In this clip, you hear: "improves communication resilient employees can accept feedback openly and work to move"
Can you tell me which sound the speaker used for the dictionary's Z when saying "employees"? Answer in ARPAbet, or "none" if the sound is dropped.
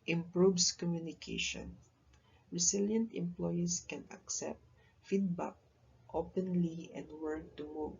S